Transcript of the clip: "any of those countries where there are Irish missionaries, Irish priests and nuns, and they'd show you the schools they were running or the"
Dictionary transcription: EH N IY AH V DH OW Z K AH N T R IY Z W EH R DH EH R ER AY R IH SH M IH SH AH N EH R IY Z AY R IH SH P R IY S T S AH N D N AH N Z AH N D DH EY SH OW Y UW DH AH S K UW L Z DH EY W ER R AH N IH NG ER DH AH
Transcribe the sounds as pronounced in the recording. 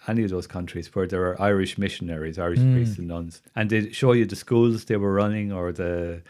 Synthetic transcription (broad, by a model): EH N IY AH V DH OW Z K AH N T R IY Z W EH R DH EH R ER AY R IH SH M IH SH AH N EH R IY Z AY R IH SH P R IY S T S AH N N AH N Z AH N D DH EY SH OW Y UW DH AH S K UW L Z DH EY W ER R AH N IH NG ER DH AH